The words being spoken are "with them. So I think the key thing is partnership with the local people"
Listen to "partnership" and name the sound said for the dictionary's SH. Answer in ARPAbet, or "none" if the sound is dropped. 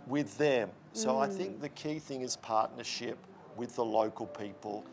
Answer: SH